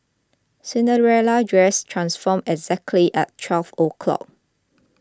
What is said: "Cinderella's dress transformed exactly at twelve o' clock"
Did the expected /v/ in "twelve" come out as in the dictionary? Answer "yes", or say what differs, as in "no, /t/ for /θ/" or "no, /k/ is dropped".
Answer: no, /f/ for /v/